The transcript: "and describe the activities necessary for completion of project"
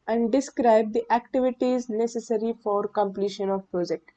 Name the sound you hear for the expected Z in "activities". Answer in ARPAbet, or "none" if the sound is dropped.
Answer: Z